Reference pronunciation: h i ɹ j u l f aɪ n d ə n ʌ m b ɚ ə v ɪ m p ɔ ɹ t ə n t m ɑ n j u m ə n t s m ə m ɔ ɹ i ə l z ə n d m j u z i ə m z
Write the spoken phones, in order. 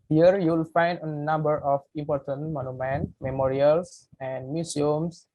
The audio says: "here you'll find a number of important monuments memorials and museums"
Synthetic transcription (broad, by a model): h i ɹ j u l f aɪ n d ə n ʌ m b ɚ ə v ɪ m p ɔ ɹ t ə n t m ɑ n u m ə n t m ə m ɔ ɹ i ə l s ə n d m j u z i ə m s